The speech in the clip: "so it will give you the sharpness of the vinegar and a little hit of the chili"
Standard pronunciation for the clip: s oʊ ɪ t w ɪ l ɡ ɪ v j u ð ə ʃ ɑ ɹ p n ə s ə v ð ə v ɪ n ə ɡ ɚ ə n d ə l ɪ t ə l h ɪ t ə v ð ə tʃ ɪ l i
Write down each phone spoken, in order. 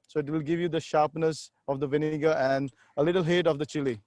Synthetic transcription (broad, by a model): s oʊ ɪ t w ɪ l ɡ ɪ v j u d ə ʃ ɑ ɹ p n ə s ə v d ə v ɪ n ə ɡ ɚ ə n d ə l ɪ t ə l h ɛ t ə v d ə tʃ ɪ l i